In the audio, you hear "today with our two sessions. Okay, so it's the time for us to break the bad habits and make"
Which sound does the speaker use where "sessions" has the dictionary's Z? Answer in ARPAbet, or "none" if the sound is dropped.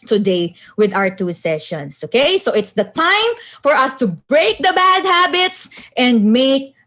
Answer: S